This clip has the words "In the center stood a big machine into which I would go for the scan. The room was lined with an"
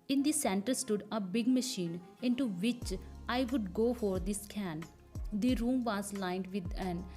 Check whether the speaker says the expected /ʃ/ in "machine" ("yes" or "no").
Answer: yes